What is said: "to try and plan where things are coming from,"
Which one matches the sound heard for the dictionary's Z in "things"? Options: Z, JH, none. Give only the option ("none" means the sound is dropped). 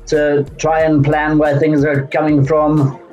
Z